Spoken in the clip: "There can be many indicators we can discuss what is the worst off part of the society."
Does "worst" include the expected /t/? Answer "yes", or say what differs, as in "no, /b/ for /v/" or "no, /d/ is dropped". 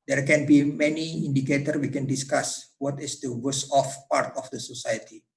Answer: no, /t/ is dropped